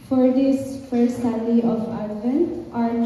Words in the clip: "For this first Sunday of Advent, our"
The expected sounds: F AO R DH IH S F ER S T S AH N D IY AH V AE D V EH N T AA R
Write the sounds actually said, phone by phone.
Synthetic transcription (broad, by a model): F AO R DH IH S F ER S T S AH D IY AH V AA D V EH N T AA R